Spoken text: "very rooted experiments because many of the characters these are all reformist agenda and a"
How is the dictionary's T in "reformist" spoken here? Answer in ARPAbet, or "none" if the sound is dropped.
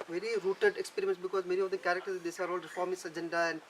none